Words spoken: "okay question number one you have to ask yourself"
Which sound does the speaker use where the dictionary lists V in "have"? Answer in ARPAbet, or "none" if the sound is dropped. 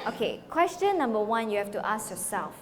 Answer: F